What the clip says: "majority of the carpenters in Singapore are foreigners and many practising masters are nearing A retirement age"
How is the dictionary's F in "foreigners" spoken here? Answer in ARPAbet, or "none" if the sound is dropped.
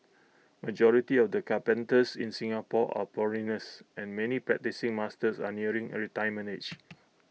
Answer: P